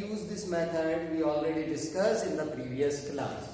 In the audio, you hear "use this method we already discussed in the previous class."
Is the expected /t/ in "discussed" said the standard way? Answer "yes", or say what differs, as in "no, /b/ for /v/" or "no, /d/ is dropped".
no, /t/ is dropped